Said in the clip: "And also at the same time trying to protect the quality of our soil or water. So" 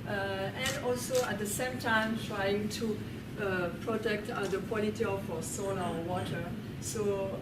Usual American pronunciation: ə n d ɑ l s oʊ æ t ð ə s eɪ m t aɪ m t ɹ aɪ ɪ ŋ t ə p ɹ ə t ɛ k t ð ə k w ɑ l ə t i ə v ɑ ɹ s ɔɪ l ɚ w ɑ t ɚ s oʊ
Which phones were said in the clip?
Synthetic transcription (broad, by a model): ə n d ɑ l s oʊ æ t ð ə s eɪ m t aɪ m t ɹ aɪ ɪ ŋ t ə p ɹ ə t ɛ k t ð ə k w ɑ l ə t i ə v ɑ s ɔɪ n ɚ w ɑ t ɚ s oʊ